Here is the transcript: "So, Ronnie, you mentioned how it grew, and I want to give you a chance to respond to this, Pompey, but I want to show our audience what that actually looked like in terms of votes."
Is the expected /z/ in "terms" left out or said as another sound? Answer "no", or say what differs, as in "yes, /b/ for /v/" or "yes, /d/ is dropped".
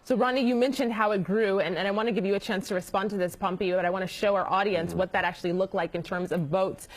no